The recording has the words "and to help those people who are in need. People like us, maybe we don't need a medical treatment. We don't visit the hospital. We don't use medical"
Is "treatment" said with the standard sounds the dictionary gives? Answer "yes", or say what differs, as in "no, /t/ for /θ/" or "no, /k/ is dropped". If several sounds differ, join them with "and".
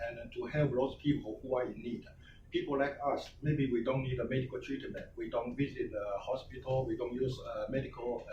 no, /m/ is dropped